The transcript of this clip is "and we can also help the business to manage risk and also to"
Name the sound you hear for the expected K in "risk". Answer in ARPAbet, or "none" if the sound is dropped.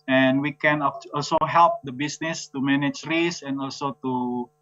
none